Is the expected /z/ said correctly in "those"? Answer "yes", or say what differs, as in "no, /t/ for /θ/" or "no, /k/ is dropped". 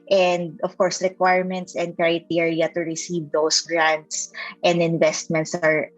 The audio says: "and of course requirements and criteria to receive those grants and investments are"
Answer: no, /s/ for /z/